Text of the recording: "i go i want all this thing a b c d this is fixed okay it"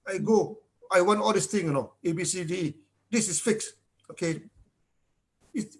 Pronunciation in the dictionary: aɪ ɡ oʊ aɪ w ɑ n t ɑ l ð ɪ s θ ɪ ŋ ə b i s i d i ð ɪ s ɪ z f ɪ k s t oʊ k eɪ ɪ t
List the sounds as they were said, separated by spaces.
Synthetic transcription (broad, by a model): aɪ ɡ oʊ aɪ w ɑ n t ɑ l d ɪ s t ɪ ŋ ə b i s i d i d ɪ s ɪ s f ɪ k s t oʊ k eɪ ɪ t